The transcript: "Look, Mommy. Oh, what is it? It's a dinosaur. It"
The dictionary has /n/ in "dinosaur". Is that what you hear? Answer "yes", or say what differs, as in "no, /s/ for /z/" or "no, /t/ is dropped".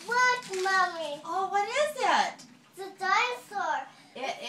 no, /n/ is dropped